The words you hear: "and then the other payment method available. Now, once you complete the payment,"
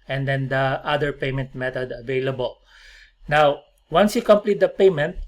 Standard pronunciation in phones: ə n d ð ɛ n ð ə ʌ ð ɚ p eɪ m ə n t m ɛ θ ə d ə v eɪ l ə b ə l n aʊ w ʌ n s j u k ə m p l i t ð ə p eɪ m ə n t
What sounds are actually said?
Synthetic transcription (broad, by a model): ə n d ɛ n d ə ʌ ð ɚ p eɪ m ə n t m ɛ t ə d ə v eɪ l ə b ə l n aʊ w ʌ n s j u k ə m p l i t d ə p eɪ m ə n t